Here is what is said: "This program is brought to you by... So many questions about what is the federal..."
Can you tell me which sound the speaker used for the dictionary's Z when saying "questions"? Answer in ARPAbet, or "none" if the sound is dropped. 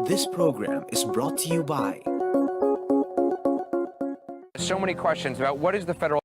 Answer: Z